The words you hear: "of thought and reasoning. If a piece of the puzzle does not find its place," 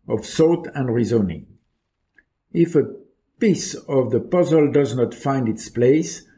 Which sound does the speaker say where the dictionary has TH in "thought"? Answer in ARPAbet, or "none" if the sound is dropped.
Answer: S